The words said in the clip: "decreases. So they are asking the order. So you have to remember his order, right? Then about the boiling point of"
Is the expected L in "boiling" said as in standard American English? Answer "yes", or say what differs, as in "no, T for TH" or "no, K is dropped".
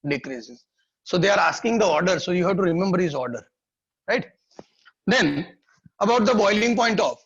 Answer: yes